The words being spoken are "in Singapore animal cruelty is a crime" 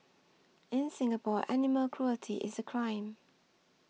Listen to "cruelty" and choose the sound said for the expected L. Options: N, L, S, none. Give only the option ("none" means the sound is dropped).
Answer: L